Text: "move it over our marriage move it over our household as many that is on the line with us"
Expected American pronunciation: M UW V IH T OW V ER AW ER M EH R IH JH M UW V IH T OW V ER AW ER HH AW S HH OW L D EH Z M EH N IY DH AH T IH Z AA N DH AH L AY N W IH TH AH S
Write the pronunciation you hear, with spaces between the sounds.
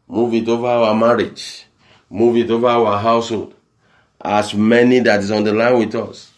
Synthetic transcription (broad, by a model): M UW V IH T OW V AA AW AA M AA R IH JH M UW V IH T OW V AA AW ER HH AW S HH OW L D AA S M EH N IY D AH T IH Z AA N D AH L AY N W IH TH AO S